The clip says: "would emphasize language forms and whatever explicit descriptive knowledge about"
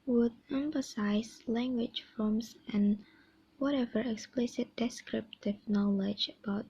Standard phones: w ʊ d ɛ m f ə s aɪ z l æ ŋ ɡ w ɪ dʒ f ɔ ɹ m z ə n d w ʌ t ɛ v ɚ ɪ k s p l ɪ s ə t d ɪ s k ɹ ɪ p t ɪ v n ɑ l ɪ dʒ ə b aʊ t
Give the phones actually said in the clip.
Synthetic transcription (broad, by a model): w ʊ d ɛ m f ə s aɪ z l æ ŋ ɡ w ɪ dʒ f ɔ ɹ m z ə n w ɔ t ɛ v ɚ ɪ k s p l ɪ s ə t d ɪ s k ɹ ɪ p t ɪ v n ɑ l ɪ dʒ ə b aʊ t